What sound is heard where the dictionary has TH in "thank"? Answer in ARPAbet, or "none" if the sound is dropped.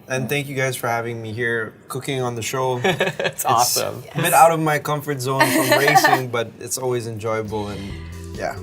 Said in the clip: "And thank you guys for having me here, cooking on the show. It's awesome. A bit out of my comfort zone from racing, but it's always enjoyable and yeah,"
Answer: TH